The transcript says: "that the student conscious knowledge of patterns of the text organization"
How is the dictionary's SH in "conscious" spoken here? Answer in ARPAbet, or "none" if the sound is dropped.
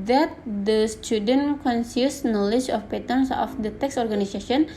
S